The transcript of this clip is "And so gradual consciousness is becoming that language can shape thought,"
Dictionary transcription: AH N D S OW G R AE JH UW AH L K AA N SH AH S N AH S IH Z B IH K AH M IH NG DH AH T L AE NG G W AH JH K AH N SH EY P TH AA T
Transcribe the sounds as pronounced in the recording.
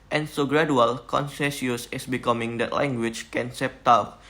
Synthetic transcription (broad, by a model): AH N S OW G R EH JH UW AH L K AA N S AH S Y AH S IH S B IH K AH M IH NG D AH T L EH NG G W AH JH K AH N S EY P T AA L